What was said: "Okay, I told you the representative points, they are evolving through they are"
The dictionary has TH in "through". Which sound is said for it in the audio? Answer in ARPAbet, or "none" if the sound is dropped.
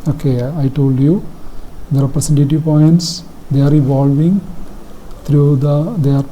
T